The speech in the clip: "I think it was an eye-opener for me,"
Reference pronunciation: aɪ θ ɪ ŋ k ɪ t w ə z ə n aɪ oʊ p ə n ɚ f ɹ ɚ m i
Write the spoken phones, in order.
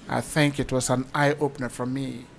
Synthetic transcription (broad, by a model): aɪ θ ɪ ŋ k ɪ t w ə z ə n aɪ oʊ p ə n ɚ f ɹ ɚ m i